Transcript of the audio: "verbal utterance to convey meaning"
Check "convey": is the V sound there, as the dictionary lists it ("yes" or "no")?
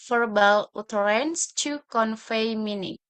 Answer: no